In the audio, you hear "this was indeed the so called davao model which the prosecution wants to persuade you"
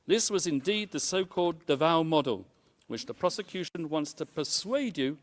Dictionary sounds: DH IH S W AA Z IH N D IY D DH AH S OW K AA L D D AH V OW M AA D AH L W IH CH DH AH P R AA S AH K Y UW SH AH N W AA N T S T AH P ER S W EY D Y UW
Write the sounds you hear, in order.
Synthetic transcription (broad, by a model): DH IH S W AA Z IH N D IY D DH AH S OW K AA L D D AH V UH M AA D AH L W IH CH DH AH P R AA S AH K Y UW SH AH N W AA N T S T AH P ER S W EY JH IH